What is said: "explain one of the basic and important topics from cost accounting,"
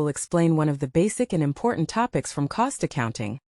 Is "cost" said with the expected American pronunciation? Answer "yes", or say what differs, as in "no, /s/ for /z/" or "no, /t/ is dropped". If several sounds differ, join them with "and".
yes